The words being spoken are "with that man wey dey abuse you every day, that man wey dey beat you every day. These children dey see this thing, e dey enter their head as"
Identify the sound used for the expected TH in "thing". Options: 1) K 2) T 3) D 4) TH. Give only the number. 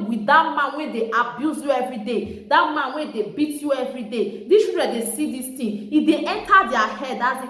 2